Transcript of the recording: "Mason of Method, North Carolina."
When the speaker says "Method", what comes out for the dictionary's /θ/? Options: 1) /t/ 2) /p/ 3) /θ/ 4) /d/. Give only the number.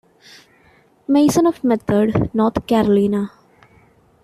1